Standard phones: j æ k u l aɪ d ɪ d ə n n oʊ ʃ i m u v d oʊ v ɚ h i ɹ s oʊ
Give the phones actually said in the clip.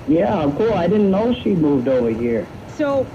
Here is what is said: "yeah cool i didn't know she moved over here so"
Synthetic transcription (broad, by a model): j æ k u l aɪ d ɪ d n n oʊ ʃ i m u v d oʊ v ɚ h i ɹ s oʊ